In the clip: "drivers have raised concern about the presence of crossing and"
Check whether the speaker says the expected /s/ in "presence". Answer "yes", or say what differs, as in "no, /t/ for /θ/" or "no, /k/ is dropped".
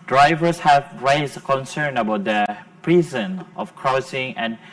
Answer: no, /s/ is dropped